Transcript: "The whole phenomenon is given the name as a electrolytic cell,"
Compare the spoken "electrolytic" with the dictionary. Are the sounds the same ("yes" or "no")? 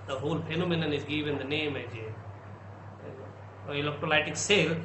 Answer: no